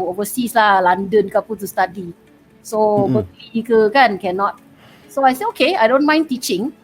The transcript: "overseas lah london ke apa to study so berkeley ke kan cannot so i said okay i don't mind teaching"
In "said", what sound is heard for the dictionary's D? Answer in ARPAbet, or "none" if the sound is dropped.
none